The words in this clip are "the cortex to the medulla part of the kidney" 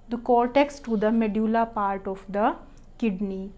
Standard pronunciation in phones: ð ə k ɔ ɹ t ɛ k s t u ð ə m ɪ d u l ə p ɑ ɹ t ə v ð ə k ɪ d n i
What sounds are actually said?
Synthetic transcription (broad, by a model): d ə k ɔ ɹ t ɛ k s t u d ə m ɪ d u l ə p ɑ ɹ t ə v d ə k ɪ d n i